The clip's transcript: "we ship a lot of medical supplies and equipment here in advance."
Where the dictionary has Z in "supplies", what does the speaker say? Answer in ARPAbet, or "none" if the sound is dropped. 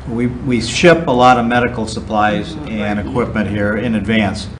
Z